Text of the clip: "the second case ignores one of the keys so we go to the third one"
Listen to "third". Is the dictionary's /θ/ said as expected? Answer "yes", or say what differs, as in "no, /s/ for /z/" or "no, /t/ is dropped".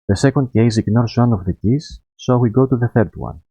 yes